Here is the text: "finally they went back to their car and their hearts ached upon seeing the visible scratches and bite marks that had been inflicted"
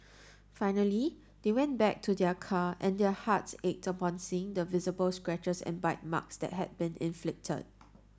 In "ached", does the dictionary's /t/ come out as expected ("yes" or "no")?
yes